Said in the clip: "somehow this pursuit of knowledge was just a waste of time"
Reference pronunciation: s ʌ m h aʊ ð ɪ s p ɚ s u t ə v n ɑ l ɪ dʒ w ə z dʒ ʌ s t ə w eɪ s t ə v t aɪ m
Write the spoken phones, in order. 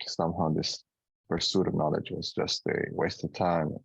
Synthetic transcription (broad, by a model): s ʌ m h aʊ ð ɪ s p ɚ s u t ə v n ɑ l ɪ dʒ w ə z dʒ ʌ s t ə w eɪ s t ə v t aɪ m